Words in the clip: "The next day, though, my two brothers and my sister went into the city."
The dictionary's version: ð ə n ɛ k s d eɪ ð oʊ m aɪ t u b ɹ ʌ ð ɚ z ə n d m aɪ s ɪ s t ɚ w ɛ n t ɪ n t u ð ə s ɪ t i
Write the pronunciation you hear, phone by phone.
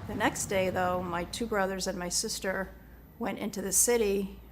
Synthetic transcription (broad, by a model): ð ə n ɛ k s d eɪ ð oʊ m aɪ t u b ɹ ʌ ð ɚ z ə n m aɪ s ɪ s t ɚ w ɛ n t ɪ n t u ð ə s ɪ t i